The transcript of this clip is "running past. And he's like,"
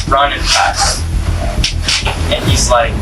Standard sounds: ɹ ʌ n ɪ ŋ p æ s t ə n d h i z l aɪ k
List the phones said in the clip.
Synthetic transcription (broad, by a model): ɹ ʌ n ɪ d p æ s ə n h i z l aɪ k